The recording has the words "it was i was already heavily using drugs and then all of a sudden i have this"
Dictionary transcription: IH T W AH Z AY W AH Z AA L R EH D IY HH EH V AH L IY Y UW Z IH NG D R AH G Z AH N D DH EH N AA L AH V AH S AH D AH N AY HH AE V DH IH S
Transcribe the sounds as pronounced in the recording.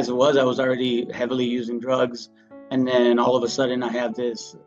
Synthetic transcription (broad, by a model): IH T W AH Z AY W AH Z L R EH D IY HH EH V L IY Y UW Z IH NG D R AH G Z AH N DH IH N AA L AH V AH S AH D N AY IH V DH IH S